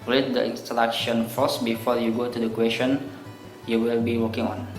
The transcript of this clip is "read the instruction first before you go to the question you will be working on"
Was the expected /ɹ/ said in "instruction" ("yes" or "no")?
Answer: no